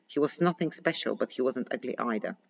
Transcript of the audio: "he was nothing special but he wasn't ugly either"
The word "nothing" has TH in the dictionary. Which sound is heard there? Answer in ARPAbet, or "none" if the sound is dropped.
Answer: TH